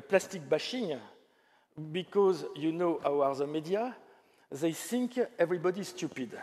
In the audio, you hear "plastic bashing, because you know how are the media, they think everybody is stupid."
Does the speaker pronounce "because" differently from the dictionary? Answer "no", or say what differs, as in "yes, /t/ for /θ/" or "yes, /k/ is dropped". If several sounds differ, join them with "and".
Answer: no